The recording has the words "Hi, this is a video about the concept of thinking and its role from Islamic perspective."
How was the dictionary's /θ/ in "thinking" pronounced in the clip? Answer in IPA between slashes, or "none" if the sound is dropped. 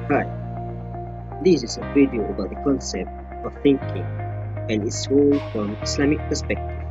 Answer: /θ/